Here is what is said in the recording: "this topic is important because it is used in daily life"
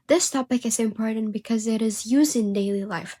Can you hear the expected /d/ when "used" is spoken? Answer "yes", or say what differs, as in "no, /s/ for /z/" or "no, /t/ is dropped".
yes